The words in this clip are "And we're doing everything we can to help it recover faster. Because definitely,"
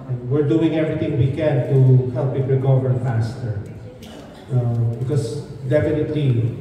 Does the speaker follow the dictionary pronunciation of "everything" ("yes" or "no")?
no